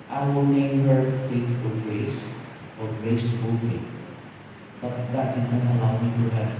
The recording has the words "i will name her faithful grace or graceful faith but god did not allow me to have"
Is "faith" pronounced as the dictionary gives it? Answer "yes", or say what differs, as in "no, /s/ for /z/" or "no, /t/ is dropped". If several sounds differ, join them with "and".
no, /t/ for /θ/